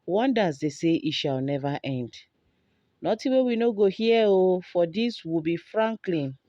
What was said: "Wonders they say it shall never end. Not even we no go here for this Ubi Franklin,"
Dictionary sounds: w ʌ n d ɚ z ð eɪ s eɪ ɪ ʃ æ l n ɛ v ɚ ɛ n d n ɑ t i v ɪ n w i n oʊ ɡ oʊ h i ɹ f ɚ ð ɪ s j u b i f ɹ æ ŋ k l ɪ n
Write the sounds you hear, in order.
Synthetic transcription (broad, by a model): w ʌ n d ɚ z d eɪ s eɪ ɪ ʃ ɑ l n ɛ v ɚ ɛ n d n ɑ t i w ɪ w i n oʊ ɡ oʊ h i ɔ f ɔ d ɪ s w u b i f ɹ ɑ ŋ k l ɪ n